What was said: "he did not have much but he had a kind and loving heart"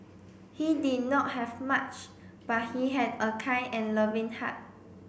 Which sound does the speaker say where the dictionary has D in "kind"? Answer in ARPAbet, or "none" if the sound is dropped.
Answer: none